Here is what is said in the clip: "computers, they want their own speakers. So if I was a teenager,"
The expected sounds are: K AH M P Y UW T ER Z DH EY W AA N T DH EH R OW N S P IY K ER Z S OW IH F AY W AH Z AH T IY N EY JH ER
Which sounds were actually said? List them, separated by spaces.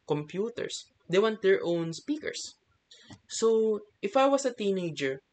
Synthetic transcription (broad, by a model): K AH M P Y UW T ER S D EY W AA N T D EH R OW N S P IY K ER S OW IH F AY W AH S AH T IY N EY JH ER